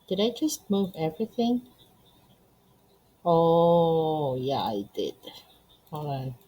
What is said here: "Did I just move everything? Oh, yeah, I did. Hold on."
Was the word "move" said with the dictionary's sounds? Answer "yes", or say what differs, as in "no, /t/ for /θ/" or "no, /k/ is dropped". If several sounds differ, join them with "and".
yes